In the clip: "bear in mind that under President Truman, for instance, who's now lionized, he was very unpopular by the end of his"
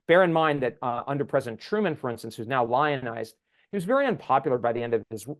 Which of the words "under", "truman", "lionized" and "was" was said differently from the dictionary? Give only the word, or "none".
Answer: none